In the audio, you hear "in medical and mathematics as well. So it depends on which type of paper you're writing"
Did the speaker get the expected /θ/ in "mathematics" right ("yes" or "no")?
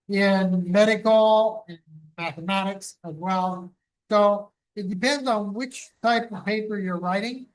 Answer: yes